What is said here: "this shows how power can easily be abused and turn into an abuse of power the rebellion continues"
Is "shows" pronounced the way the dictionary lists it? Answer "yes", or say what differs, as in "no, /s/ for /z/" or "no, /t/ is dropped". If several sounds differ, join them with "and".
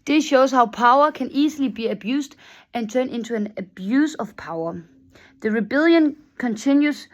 no, /s/ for /z/